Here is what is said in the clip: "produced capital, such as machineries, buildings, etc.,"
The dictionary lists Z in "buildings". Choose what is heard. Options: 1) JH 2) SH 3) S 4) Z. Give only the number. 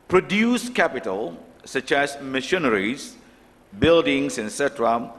3